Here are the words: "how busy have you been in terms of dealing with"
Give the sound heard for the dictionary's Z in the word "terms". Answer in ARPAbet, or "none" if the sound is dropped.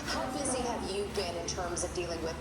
Z